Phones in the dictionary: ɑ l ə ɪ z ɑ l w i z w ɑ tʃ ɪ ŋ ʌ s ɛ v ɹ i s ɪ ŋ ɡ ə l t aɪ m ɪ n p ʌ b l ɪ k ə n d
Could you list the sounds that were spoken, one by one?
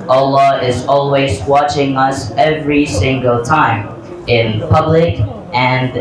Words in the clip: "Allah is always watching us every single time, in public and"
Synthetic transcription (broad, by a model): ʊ l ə ɪ z ɑ l w i z w ɑ tʃ ɪ ŋ ʌ s ɛ v ɹ i s ɪ ŋ ɡ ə l t aɪ m ɪ n p ʌ b l ɪ k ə n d